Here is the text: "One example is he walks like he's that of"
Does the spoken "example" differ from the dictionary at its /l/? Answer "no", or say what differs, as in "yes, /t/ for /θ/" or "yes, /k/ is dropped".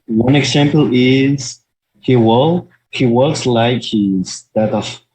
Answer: yes, /w/ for /l/